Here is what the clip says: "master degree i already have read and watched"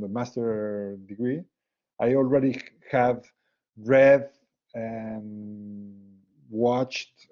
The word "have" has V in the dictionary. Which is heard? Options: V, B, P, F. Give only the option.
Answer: V